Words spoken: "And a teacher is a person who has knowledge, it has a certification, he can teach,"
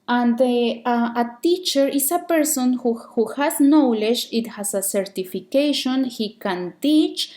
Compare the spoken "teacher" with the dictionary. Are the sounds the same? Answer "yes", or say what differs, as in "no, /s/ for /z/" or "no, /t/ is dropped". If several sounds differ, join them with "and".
yes